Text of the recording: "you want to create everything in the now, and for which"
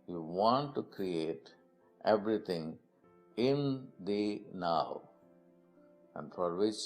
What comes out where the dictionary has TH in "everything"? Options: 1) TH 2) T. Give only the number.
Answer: 2